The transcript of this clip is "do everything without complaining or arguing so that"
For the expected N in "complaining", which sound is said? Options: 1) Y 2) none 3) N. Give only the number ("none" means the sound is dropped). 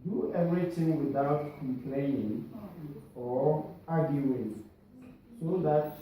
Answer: 3